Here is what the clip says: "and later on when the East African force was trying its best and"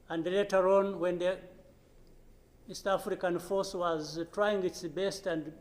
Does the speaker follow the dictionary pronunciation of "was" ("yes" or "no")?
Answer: yes